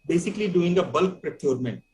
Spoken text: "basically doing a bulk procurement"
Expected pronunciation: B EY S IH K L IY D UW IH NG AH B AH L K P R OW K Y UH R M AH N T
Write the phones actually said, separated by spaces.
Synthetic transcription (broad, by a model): B EY S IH K L IY D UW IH NG AH B AH L K P R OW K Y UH R M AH N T